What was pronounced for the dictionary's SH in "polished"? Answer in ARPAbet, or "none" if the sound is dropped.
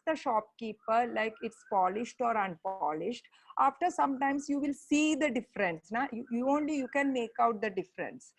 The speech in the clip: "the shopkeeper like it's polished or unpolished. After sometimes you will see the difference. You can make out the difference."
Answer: SH